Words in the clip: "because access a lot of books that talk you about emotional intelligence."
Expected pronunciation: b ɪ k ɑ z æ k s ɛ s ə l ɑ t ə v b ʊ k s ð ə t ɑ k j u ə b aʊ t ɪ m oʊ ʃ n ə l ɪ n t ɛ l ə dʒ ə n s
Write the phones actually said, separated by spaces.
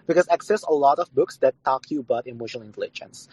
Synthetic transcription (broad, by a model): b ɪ k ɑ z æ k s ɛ s ə l ɑ t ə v b ʊ k s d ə t ɑ k j u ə b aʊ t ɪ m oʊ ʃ ə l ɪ n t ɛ l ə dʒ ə n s